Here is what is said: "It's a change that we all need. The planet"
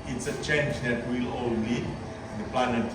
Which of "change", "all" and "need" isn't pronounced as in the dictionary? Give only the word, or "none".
need